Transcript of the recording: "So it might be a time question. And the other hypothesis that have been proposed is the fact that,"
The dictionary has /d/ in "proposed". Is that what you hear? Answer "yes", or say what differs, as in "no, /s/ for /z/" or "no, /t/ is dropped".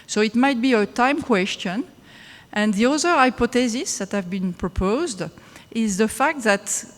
yes